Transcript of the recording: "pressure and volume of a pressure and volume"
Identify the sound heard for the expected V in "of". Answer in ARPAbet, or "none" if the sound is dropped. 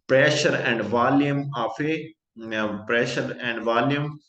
F